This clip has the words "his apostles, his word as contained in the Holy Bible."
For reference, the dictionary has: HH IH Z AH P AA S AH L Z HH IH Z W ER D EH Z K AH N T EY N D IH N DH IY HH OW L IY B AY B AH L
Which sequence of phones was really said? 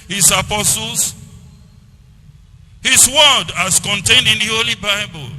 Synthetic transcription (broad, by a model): HH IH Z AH P AA S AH L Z HH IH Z W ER D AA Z K AH N T EY N D IH N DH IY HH OW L IY B AY B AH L